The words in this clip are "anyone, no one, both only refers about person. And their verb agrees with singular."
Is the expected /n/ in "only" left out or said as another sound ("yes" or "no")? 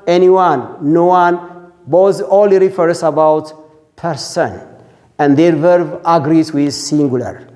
yes